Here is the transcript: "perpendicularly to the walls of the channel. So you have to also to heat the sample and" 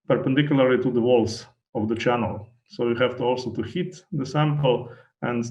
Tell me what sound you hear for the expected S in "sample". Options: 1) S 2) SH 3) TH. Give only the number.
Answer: 1